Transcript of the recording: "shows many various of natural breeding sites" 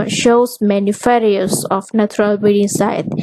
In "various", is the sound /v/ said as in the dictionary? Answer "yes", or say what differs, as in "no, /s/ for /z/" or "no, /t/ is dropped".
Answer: no, /f/ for /v/